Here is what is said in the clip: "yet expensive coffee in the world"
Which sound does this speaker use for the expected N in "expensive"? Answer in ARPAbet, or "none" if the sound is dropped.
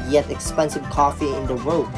N